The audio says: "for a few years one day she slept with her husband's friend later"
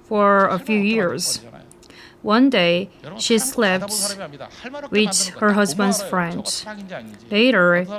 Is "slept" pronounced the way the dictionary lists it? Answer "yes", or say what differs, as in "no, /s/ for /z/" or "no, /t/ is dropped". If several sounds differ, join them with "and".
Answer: yes